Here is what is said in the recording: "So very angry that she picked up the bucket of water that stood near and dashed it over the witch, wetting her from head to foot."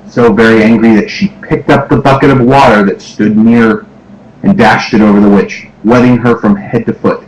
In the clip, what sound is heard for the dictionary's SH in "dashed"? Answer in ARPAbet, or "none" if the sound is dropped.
SH